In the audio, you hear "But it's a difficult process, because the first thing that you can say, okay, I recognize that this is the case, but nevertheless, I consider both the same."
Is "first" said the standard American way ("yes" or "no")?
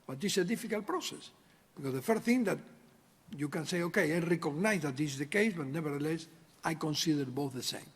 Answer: no